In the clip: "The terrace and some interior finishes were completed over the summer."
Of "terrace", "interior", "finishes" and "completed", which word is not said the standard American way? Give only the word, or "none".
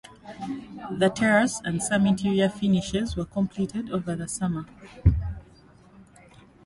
interior